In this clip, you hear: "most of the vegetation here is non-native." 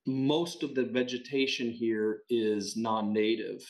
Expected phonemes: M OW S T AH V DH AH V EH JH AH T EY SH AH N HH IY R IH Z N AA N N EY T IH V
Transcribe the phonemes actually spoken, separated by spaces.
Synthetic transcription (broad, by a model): M OW S T AH V DH AH V EH JH AH T EY SH AH N HH IY R IH Z N AA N N EY T IH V